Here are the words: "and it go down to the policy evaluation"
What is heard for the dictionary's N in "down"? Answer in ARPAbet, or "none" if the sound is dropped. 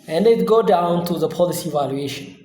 N